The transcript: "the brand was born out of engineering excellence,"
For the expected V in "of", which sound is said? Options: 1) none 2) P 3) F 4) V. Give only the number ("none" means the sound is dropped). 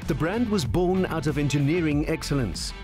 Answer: 4